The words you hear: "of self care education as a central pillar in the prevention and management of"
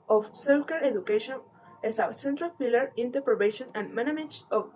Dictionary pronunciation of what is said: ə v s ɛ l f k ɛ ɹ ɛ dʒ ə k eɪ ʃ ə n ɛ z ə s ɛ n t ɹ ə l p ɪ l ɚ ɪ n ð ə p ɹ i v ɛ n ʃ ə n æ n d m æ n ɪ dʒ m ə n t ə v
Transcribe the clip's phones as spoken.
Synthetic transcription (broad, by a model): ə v s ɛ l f k ɛ ɹ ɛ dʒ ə k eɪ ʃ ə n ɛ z ə s ɛ n t ɹ ə l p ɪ l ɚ ɪ n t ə p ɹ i b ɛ ʃ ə n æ n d m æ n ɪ m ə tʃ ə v